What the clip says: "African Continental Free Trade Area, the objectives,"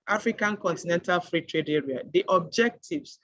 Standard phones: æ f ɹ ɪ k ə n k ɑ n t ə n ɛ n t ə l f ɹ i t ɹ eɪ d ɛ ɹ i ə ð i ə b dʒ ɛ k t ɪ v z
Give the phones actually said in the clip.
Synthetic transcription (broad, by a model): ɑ f ɹ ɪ k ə n k ɑ n t ə n ɛ n t ə l f ɹ i t ɹ eɪ d ɛ ɹ i ə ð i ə b dʒ ɛ k t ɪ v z